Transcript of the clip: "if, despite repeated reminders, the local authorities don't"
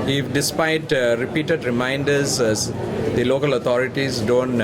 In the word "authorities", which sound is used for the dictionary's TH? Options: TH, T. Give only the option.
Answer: T